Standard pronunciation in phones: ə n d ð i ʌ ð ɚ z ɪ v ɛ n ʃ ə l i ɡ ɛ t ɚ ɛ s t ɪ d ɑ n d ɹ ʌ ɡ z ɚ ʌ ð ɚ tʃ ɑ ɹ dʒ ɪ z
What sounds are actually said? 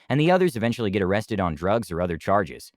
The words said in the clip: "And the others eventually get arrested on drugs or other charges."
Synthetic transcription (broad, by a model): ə n ð i ʌ ð ɚ z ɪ v ɛ n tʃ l i ɡ ɛ t ɚ ɛ s t ɪ d n d ɹ ʌ ɡ z ɚ ʌ ð ɚ tʃ ɑ ɹ dʒ ɪ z